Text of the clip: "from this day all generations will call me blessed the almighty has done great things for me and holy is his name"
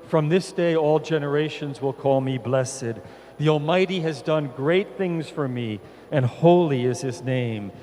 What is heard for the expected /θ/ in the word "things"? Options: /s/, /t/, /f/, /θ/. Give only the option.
/θ/